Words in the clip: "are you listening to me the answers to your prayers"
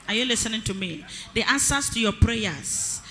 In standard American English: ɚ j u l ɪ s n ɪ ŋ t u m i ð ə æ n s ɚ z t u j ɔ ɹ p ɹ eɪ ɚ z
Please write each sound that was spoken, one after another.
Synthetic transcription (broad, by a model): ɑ j u l ɪ s n ɪ ŋ t u m i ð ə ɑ n s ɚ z t u j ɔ p ɹ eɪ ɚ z